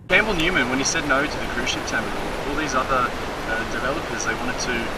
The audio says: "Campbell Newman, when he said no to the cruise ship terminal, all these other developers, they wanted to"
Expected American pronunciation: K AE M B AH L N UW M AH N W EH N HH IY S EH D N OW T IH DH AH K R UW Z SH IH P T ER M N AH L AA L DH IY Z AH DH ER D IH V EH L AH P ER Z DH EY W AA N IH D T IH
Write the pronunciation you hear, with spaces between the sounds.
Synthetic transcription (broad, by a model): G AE M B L N UW M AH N W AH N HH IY S EH D N OW T IH DH AH K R UW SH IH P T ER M AH AA L DH IY Z AH DH ER D IH V EH L AH P ER Z DH EY W AA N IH D T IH